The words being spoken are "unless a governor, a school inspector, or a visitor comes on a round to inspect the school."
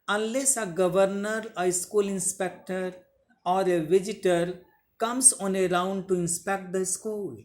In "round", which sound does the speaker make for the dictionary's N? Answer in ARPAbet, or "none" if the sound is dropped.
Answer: N